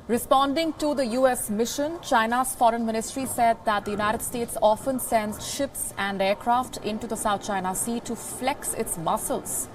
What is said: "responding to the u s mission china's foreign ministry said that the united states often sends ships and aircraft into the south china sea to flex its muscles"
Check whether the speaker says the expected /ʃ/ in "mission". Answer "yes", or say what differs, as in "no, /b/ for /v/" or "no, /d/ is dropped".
yes